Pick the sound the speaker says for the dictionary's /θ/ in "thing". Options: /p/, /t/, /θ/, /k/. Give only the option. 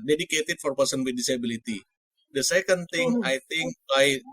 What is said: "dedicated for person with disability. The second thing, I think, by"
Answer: /t/